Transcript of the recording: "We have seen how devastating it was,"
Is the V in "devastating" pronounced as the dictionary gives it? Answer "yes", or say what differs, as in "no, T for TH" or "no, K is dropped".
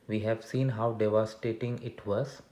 yes